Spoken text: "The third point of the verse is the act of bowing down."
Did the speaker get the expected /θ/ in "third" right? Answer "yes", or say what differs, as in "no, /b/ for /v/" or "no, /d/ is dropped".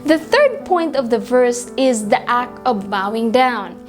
yes